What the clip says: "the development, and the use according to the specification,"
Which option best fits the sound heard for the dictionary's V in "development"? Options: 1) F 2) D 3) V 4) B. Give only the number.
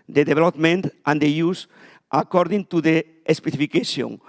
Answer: 4